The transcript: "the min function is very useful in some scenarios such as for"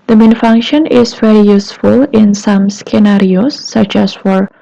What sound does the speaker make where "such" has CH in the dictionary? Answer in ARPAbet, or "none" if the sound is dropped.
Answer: CH